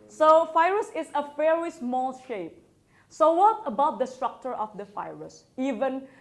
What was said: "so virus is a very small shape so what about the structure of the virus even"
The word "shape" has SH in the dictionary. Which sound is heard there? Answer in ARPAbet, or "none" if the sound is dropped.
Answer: SH